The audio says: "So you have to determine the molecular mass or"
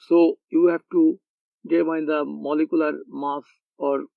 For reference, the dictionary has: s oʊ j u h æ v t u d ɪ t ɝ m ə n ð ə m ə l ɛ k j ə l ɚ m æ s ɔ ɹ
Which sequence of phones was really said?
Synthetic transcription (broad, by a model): s oʊ j u h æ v t u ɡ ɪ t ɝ ə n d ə m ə l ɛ k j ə l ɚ m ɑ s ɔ ɹ